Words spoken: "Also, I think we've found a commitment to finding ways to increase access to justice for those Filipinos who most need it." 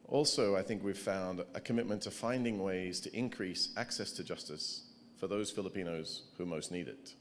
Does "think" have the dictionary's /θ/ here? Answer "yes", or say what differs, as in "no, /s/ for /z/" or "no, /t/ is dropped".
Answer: yes